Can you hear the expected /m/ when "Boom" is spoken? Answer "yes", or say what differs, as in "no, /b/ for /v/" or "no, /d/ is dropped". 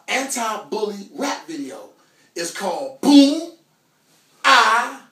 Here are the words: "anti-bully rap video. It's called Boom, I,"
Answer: no, /m/ is dropped